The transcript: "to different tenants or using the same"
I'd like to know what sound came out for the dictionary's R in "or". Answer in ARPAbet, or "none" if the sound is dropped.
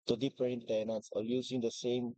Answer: L